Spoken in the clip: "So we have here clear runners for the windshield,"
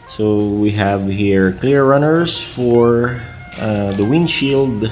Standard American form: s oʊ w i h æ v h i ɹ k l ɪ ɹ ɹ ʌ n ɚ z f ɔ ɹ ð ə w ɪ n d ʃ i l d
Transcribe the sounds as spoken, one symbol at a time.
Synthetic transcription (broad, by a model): s oʊ w i h æ v h i ɹ k l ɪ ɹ ɹ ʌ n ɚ s f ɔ ɹ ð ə w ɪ n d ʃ i l d